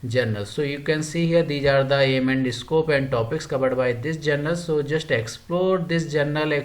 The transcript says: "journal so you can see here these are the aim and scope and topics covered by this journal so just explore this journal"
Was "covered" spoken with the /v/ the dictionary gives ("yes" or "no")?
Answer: no